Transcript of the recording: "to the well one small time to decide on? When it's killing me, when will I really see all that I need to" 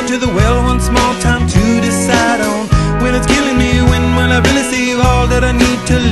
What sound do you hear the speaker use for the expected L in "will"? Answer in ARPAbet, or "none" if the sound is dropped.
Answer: N